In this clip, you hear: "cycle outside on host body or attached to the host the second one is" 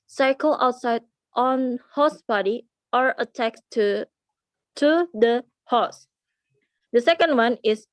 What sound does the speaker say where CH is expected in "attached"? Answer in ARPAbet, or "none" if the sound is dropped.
S